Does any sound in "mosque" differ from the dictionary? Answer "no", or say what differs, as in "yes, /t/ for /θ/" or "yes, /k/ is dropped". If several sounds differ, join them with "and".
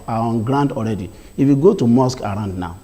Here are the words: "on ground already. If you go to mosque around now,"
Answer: no